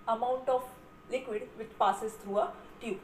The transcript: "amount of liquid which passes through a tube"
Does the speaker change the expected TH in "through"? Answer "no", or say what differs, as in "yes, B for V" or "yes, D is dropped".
yes, T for TH